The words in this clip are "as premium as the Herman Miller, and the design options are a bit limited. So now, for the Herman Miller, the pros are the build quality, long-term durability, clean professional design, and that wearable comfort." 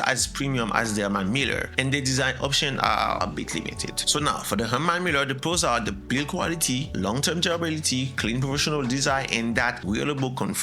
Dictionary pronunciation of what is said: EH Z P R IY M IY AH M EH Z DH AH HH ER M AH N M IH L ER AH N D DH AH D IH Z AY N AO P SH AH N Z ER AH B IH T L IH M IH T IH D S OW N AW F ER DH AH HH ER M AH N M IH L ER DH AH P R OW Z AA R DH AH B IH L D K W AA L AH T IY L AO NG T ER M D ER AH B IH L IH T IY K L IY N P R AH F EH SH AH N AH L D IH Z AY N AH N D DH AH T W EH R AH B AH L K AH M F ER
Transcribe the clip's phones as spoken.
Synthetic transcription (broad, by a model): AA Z P R IY M IY AH M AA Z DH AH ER M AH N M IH L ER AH N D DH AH D IH Z AY N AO P SH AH N ER AH B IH T L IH M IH T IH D S OW N AW F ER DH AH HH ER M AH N M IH L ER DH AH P OW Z AA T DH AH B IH L K W AA L AH T IY L AO NG T ER M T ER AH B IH L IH T IY K L IY N P R AH F EH SH AH N AH L D IH Z AY N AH N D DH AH T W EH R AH B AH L K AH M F